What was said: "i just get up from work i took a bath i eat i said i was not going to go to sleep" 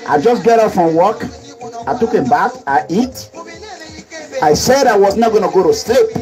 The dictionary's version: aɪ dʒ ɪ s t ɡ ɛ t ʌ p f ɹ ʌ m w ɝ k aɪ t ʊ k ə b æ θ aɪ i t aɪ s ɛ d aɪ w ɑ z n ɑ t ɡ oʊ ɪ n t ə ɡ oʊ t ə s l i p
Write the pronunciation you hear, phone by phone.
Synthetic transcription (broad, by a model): aɪ dʒ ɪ s ɡ ɛ t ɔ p f ɹ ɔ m w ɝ k aɪ t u k ə b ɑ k aɪ i t aɪ s ɛ d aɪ w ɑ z n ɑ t ɡ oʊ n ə ɡ oʊ t ə s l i p